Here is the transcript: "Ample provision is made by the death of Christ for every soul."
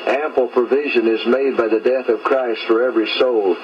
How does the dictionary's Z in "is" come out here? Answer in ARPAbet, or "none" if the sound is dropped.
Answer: Z